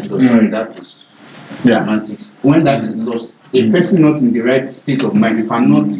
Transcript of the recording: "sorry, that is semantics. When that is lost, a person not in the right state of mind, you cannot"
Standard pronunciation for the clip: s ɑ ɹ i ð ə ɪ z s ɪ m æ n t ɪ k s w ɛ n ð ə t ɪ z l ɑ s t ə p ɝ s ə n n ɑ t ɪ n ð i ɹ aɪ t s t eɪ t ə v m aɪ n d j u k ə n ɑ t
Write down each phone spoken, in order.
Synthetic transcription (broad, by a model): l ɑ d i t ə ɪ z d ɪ ɪ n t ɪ k s w ɛ n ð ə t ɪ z l ɑ s t ə p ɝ s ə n n ɑ t ɪ n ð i ɹ aɪ t s t eɪ t ə v m aɪ n d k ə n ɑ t